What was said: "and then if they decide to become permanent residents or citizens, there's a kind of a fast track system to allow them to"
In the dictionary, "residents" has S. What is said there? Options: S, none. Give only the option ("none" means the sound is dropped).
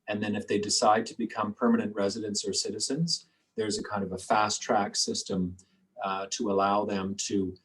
S